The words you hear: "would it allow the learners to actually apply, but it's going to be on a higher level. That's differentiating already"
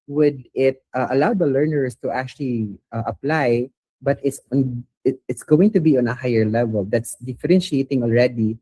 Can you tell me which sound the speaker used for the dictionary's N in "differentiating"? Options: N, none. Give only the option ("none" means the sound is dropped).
N